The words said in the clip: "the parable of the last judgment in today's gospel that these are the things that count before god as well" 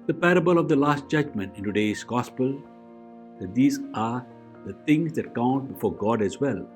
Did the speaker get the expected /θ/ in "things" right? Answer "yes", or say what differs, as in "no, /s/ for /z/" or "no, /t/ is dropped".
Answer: no, /t/ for /θ/